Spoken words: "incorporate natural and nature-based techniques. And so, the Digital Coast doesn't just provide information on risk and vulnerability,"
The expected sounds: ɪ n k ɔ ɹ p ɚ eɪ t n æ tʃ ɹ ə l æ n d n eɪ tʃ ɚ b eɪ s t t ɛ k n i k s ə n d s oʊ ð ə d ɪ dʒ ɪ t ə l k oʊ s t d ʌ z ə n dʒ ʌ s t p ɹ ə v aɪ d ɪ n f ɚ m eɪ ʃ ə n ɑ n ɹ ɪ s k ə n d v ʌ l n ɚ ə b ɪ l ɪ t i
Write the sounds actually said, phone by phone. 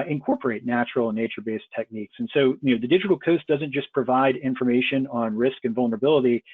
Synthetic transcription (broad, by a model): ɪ n k ɔ ɹ p ɚ eɪ t n æ tʃ ɹ l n n eɪ tʃ ɚ b eɪ s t t ɛ k n i k s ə n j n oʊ ð ə d ɪ dʒ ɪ t l k oʊ s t d ʌ z ə n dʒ ʌ s p ɹ ə v aɪ d ɪ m f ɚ m eɪ ʃ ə n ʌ n ɹ ɪ s k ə n v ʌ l n ɚ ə b ɪ l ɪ t i